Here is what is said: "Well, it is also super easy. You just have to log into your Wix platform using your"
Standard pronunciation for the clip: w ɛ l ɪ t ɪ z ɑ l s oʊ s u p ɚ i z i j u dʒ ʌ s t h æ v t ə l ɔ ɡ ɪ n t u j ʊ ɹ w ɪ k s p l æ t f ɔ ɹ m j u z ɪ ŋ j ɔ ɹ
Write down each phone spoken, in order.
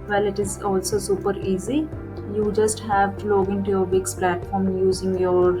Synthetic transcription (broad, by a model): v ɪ l ɪ t ɪ z ɑ l s oʊ s u p ɚ i z i j u dʒ ʌ s t h æ v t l ɔ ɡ ɪ n t u j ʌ ɹ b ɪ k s p l æ t f ɔ ɹ m j u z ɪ ŋ j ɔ ɹ